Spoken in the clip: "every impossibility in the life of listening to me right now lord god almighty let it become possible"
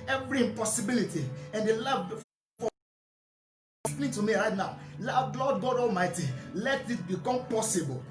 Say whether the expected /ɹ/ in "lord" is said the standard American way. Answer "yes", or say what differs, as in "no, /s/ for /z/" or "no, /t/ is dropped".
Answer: no, /l/ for /ɹ/